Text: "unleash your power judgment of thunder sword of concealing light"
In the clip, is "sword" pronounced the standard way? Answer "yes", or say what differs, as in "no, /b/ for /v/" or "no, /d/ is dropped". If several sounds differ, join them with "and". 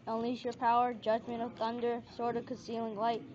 yes